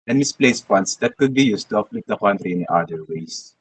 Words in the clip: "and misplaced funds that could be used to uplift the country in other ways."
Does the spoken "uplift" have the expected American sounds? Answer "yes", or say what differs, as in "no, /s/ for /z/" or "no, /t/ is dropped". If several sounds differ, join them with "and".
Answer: no, /f/ is dropped